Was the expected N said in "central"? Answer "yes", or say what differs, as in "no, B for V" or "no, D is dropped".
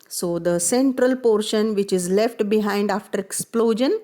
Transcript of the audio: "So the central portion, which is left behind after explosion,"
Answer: yes